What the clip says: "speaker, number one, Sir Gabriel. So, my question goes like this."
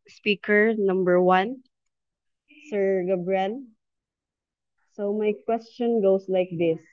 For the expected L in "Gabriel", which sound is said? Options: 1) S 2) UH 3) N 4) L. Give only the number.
3